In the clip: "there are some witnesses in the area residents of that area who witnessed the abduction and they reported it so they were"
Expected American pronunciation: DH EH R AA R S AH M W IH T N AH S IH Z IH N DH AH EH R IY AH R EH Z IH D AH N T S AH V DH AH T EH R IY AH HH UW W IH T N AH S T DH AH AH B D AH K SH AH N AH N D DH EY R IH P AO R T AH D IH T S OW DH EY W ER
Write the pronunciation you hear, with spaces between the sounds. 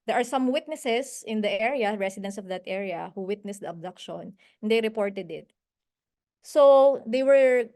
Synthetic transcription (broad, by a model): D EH R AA R S AH M W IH T N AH S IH S IH N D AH EH R IY AH R EH S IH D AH N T S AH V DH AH T EH R IY AH HH UW W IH T N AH S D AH AH B D AH K SH AH N AH N D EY R IH P AO R T AH D IH T S OW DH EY W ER